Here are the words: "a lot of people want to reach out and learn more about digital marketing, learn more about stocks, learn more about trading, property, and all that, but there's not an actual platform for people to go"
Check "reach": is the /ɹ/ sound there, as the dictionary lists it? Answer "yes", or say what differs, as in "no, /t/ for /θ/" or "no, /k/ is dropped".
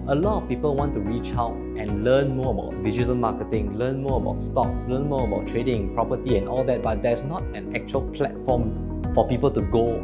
yes